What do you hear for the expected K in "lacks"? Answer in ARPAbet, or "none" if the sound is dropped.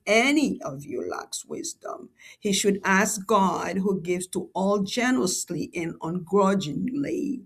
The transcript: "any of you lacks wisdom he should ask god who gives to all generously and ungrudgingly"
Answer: K